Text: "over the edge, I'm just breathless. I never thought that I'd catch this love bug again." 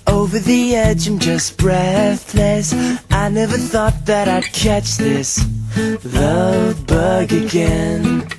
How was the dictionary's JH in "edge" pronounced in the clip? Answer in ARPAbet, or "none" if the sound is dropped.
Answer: JH